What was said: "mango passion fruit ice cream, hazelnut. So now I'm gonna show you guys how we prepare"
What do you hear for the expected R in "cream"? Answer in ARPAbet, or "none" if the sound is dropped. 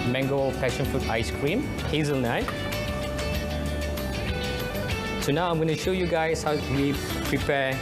R